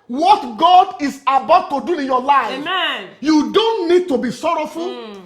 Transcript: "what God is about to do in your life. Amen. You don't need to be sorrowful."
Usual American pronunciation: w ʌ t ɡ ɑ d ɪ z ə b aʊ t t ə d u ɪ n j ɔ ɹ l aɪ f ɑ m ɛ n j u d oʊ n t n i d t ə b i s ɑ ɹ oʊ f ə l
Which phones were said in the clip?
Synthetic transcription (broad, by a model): w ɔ t ɡ ɑ d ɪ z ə b aʊ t t ə d u ɪ n j ɔ l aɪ ɑ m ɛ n j u d oʊ n t n i d t ə b i s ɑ ɹ oʊ f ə l